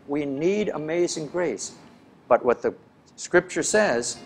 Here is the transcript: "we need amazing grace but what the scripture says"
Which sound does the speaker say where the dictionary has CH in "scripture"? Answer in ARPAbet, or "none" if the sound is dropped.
CH